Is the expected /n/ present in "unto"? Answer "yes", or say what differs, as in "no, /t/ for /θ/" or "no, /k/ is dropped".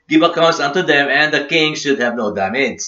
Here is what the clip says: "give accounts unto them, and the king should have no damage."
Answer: yes